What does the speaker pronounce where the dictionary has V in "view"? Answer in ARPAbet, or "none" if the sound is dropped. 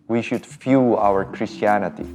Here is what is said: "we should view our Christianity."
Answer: F